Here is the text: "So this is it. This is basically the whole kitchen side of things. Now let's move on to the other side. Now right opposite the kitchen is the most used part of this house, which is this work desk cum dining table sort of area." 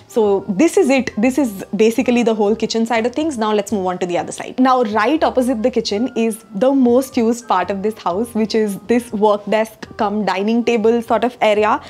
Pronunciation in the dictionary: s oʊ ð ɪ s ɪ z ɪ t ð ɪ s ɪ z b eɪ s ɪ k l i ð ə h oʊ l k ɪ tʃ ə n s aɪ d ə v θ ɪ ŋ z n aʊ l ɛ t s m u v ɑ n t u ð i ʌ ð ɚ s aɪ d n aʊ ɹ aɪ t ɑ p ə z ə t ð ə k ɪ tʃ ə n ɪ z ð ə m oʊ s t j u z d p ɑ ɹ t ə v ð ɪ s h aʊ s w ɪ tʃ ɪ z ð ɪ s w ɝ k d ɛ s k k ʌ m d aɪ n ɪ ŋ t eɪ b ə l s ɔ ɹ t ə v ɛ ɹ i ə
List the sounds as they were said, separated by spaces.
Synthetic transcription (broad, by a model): s oʊ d ɪ s ɪ z ɪ t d ɪ s ɪ z b eɪ s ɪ k l i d ə h oʊ l k ɪ tʃ ə n s aɪ d ə v t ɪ ŋ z n aʊ l ɛ t s m u v ɑ n t u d i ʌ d ɚ s aɪ d n aʊ ɹ aɪ t ɑ p ə z ə t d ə k ɪ tʃ ə n ɪ z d ə m oʊ s t j u z d p ɑ ɹ t ə v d ɪ s h aʊ s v ɪ tʃ ɪ z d ɪ s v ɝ k d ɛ s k k ʌ m d aɪ n ɪ ŋ t eɪ b ə l s ɔ ɹ t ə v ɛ ɹ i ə